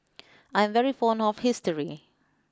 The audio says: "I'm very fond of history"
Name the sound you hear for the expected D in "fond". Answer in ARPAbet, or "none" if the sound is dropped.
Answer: none